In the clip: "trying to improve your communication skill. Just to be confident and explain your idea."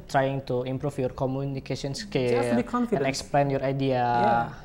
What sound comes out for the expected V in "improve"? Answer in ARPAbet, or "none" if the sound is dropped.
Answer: F